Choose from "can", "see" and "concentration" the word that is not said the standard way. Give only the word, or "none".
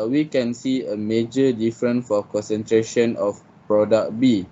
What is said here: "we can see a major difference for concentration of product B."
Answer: none